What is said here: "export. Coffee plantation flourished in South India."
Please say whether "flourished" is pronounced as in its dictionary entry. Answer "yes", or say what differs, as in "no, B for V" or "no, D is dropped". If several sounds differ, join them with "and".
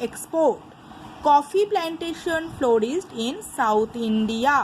no, S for SH